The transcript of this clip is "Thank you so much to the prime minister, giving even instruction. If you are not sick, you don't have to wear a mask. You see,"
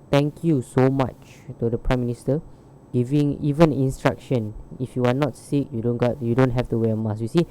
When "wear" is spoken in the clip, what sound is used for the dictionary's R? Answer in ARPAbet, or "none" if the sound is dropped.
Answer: W